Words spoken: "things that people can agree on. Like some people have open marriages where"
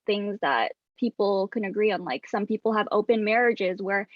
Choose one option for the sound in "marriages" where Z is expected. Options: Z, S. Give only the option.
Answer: Z